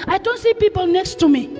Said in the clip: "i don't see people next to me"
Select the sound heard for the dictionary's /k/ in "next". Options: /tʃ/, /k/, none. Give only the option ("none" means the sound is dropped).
/k/